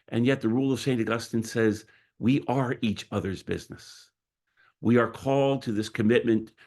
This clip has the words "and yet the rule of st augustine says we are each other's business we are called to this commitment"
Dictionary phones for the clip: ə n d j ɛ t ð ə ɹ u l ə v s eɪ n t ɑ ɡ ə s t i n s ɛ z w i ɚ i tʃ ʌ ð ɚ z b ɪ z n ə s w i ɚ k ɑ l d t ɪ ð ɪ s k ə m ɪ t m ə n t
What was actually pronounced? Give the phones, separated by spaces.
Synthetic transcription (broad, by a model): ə n j ɛ t ð ə ɹ u l ə v s eɪ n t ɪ ɡ ə s t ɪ n s ɛ z w i ɚ i tʃ ʌ ð ɚ z b ɪ z n ə s w i ɚ k ɑ l d t ɪ ð ɪ s k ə m ɪ t m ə n t